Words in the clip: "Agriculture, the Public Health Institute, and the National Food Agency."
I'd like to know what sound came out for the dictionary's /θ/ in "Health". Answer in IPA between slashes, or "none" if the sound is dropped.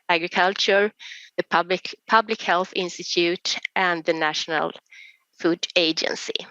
/θ/